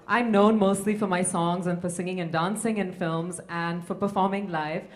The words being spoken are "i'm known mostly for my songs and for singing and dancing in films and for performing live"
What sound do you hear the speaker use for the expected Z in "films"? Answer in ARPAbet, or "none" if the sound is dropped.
Z